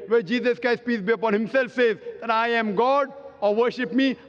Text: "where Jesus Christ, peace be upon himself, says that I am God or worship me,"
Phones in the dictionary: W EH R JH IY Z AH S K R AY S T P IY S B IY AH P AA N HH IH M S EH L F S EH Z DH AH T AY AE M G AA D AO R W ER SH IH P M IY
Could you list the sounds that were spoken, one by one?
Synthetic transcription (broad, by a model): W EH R JH IY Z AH S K AY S P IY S B IY AH P AA N HH IH M S EH L F S EH Z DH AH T AY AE M G AA D AO R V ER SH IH P M IY